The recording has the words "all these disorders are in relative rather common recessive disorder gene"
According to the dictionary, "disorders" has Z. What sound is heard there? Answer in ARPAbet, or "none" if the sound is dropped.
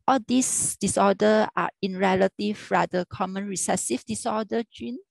none